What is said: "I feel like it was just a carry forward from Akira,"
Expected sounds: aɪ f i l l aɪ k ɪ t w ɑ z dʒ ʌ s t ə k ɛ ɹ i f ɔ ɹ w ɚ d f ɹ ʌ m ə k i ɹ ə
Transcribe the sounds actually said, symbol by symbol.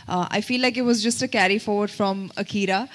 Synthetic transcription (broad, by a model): aɪ f i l l aɪ k ɪ t w ɑ z dʒ ʌ s t ə k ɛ ɹ i f ɔ ɹ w ɚ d f ɹ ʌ m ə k i ɹ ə